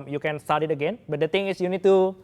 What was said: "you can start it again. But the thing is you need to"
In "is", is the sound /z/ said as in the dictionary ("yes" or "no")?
no